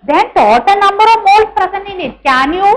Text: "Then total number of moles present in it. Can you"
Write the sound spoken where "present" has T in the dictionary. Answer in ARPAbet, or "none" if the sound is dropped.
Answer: none